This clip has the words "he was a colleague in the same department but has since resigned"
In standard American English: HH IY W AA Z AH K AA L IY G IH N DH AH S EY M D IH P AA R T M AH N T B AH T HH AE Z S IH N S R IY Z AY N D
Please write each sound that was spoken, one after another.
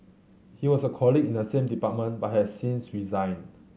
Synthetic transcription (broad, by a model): HH IY W AA S AH K AA L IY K IH N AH S EY M D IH P AA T M AH N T B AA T HH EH S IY N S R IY Z AY N